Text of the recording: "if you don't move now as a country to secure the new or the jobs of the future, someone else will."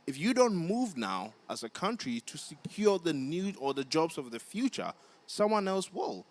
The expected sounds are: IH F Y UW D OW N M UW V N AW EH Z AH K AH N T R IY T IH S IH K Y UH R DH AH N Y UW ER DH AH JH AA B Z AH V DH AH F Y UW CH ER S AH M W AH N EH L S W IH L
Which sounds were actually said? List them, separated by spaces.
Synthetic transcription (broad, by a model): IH F Y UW D OW N M UW V N AW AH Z AH K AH N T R IY T IH S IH K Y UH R DH AH N Y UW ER DH AH JH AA B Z AH V DH AH F Y UW CH ER S AH M W AH N EH L S W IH L